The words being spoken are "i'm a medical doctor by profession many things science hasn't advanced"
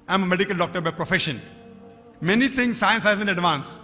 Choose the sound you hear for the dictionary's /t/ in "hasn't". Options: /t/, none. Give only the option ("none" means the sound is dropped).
none